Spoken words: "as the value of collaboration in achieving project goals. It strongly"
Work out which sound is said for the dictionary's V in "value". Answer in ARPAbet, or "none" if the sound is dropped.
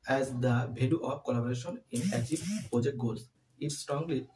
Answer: B